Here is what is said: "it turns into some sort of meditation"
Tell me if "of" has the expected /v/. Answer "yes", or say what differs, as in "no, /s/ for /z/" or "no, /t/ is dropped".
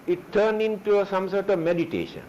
yes